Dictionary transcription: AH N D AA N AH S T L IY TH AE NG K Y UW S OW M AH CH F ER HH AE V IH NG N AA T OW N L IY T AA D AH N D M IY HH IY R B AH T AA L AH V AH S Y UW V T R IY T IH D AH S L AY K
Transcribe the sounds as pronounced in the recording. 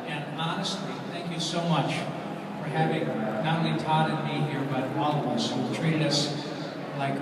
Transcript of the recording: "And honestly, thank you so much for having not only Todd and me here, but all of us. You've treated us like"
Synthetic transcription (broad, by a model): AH N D AA N AH S T L IY TH AE NG K Y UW S OW M AH CH F ER HH AE V IH NG N AA T OW N L IY T AA D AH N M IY HH IY R B AH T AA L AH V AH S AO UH W T R IY T IH D AH S L AY K